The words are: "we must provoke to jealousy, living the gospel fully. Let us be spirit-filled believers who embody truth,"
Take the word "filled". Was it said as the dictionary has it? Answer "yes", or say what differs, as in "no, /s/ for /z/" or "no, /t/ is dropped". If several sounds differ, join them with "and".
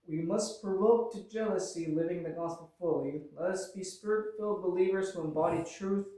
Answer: yes